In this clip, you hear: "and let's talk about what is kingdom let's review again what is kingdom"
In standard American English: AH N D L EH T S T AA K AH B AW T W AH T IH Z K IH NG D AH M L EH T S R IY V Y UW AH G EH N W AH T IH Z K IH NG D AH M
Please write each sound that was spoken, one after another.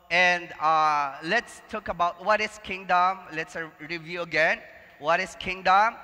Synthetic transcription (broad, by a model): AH N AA L EH T S T AA K AH B AW T W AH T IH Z K IH NG D AH M L EH T S R IY V Y UW AH G EH N W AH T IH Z K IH NG D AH M